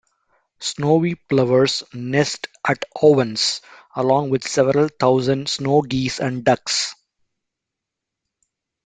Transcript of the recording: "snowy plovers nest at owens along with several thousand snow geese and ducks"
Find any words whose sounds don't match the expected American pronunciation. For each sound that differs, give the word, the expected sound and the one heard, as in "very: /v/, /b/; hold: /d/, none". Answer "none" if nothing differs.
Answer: owens: /z/, /s/; thousand: /θ/, /t/